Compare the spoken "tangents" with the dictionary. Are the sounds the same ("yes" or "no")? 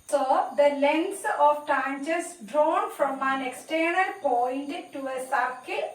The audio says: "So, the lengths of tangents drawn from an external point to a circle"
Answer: no